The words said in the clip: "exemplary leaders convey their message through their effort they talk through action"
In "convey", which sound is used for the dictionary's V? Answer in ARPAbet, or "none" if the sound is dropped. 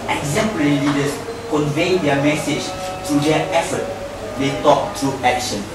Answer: V